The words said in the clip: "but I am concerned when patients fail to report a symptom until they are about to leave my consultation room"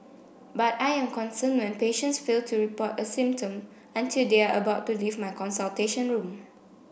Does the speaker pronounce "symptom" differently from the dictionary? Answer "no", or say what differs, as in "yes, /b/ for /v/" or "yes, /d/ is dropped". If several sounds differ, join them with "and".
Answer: no